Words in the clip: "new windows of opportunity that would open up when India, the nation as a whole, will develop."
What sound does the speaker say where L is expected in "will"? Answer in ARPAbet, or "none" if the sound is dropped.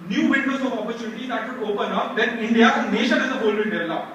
N